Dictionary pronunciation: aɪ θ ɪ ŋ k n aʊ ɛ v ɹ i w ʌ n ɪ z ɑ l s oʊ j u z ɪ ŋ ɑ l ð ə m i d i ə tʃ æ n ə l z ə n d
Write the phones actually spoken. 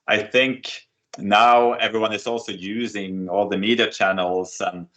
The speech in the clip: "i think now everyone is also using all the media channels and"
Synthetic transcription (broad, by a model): aɪ θ ɪ ŋ k n aʊ ɛ v ɹ i w ʌ n ɪ z ɑ l s oʊ j u z ɪ ŋ ɑ l ð ə m i d i ə tʃ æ n l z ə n